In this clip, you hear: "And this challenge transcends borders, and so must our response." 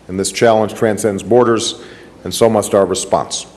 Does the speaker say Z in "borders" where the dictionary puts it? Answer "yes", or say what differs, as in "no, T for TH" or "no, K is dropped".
yes